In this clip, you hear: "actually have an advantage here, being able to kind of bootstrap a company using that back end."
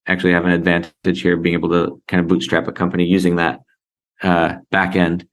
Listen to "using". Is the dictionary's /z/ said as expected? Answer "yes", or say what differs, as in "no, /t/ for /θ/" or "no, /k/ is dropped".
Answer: yes